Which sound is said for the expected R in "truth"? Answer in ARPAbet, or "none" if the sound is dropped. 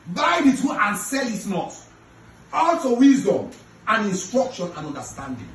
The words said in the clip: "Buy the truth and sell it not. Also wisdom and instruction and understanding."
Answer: none